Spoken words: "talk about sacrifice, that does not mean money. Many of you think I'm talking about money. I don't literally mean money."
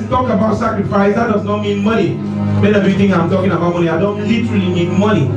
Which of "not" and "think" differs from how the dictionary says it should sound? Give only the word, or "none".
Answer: think